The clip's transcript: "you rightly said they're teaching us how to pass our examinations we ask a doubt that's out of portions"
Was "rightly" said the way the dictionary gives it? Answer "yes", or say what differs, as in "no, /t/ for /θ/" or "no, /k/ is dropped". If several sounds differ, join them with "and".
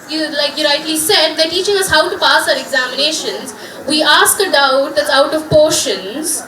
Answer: no, /l/ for /ɹ/